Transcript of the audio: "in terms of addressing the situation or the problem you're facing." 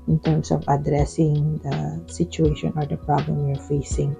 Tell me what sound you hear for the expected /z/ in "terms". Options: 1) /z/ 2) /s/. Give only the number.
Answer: 2